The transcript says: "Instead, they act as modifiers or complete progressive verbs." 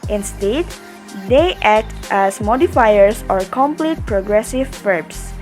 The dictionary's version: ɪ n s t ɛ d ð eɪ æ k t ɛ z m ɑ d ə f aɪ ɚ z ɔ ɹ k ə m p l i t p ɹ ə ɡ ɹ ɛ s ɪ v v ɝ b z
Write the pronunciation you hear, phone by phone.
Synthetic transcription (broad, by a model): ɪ n s t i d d eɪ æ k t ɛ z m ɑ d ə f aɪ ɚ s ɔ ɹ k ə m p l i t p ɹ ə ɡ ɹ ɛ s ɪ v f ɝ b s